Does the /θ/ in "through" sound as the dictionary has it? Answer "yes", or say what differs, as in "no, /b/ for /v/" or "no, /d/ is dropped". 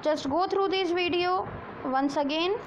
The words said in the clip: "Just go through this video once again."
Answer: no, /t/ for /θ/